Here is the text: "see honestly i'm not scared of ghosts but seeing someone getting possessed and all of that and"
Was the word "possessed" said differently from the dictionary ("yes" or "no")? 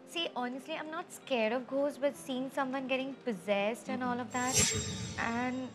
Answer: no